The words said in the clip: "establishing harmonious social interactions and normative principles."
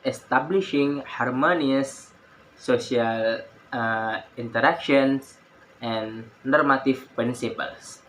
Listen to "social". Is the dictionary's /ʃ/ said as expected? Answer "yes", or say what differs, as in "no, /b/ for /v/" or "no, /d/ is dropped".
no, /ʃ/ is dropped